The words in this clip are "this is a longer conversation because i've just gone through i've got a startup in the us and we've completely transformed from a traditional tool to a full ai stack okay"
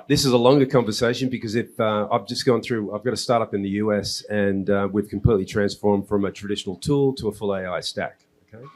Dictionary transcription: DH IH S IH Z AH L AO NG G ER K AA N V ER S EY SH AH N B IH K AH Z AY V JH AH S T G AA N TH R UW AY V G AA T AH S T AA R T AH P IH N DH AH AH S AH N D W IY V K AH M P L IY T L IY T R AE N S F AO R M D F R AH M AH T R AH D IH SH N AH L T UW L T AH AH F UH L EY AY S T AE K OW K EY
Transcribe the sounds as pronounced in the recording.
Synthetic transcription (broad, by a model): DH IH S IH Z AH L AO NG G ER K AA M V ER S EY SH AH N B IH K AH Z AY V JH AH S G AA N TH R UW AY V G AA T AH S T AA R T AH P IH N DH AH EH S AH N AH W IY V K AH M P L IY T L IY T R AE N S F AO R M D F R AH M AH T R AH D IH SH N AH L T UW L T AH AH F UH L EY AY S T AE K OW K EY